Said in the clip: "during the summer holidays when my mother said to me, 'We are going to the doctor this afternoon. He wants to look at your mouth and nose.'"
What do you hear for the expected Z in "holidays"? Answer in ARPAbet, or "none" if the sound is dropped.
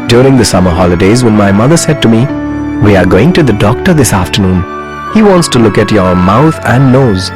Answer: Z